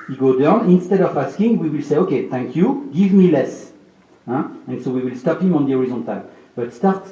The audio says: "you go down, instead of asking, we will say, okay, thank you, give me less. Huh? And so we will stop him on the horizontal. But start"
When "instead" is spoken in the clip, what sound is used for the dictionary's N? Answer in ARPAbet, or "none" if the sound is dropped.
N